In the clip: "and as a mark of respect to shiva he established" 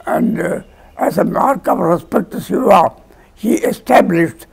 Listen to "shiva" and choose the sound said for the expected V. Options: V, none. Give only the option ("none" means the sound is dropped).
none